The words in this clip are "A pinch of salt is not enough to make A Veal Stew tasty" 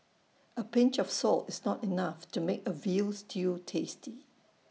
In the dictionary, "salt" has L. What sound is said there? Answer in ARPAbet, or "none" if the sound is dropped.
L